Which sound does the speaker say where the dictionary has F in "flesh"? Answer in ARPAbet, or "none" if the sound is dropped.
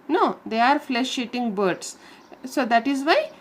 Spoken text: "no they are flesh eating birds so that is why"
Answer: F